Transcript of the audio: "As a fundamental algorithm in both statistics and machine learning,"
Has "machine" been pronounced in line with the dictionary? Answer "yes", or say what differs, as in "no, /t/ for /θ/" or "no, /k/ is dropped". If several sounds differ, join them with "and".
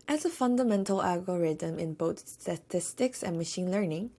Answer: yes